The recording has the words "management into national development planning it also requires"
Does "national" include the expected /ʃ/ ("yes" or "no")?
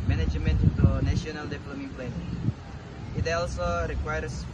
no